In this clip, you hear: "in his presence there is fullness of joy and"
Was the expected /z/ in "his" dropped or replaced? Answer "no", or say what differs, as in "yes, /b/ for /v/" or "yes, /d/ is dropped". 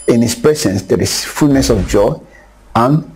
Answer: yes, /s/ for /z/